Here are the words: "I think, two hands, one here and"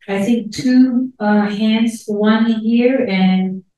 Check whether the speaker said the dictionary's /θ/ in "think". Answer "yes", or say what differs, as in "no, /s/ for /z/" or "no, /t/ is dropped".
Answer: yes